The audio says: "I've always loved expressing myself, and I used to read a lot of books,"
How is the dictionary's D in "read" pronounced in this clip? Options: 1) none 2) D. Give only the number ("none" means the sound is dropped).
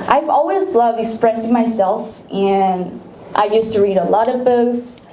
2